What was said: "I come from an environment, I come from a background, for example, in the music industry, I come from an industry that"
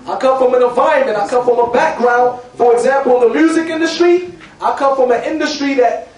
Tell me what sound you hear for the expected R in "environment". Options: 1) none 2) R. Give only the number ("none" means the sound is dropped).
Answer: 1